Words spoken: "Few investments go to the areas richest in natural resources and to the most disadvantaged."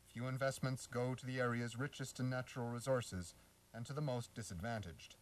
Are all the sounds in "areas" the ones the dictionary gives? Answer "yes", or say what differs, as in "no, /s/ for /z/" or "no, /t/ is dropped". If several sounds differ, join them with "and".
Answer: yes